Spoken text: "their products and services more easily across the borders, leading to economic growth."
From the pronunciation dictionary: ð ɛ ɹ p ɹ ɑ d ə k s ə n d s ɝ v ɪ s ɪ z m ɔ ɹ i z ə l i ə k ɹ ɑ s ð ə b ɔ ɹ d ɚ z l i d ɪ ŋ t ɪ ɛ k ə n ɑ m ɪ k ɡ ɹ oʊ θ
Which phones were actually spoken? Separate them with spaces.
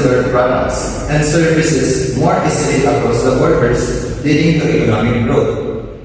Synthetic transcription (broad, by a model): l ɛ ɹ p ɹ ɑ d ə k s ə n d s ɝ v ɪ s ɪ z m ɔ ɹ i s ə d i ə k ɑ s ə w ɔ ɹ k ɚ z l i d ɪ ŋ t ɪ ɛ k ə n ɑ m ɪ k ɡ ɹ oʊ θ